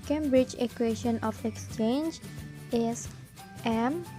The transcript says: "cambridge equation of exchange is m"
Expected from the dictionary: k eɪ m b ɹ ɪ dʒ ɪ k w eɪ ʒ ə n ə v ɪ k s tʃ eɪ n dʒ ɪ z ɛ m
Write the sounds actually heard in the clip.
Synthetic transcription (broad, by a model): k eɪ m b ɹ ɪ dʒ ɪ k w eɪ ʃ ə n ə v ɪ k s tʃ eɪ n dʒ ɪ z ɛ m